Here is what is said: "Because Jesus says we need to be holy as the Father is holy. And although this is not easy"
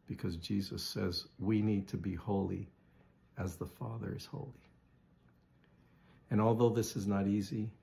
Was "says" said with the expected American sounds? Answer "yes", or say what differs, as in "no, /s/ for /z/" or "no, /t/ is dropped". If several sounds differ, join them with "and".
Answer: yes